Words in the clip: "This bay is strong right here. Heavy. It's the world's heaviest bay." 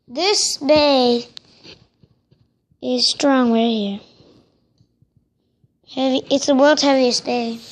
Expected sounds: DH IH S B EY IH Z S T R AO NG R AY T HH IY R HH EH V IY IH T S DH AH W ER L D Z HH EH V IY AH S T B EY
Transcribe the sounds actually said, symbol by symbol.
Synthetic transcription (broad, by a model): DH IH S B EY IH Z S T R AO NG W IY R HH IY R HH EH V IY IH T S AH W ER L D HH EH V IY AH S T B EY